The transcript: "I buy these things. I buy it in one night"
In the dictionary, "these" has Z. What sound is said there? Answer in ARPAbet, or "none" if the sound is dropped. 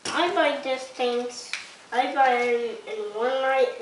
S